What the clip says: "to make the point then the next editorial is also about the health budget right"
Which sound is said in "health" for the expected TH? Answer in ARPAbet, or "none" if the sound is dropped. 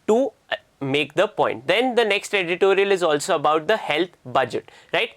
T